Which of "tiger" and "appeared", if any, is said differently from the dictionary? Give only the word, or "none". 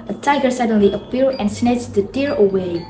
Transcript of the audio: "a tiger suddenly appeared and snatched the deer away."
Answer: appeared